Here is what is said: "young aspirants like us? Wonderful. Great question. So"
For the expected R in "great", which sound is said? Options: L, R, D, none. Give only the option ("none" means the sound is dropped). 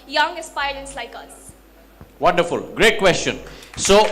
R